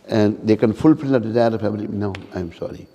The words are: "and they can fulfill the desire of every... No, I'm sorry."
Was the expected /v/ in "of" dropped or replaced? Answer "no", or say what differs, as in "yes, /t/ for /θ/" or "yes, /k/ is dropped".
yes, /p/ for /v/